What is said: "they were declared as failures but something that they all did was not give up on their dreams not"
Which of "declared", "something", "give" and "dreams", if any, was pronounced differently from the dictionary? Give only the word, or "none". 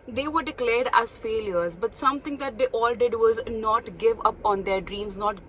something